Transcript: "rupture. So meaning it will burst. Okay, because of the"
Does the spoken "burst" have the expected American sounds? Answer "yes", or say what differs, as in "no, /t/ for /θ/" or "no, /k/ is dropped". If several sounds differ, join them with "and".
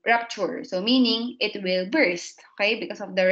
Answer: yes